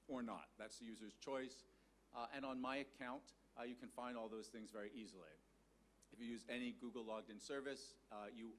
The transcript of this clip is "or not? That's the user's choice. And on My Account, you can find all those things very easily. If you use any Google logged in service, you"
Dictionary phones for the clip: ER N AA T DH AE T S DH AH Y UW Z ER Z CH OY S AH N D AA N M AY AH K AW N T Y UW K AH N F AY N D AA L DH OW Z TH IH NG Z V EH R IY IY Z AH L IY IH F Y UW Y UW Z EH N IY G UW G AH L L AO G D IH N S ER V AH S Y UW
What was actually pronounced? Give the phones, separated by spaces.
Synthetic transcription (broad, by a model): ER N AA T DH AE T S DH AH Y UW Z ER Z CH OY S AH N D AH N M AY AH K AW N T Y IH K AH N F AY N D AA L DH OW Z TH IH NG Z V EH R IY IY Z L IY IH F Y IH Y UW Z EH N IY G UW G L L AO G D IH N S ER V AH S Y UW